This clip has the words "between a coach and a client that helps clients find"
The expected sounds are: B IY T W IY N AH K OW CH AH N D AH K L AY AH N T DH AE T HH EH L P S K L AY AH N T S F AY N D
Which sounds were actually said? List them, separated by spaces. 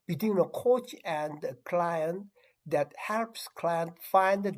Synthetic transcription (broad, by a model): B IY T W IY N AH K OW CH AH N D AH K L AY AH N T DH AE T HH EH L P S K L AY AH N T F AY N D